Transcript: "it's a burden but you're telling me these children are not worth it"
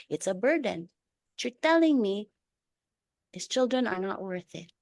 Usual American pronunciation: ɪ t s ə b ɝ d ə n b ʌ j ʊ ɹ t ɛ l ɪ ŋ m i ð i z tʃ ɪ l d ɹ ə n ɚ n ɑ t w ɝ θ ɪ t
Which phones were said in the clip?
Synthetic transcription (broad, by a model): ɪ t s ə b ɝ d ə n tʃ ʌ ɹ t ɛ l ɪ ŋ m i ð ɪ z tʃ ɪ l d ɹ ə n ɚ n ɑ t w ɝ θ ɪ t